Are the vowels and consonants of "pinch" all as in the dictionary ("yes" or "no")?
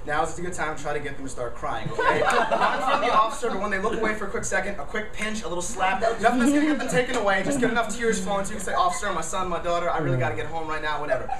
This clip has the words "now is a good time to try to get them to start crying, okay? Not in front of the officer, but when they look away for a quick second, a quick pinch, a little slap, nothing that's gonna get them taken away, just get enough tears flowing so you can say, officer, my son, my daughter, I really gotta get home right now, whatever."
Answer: yes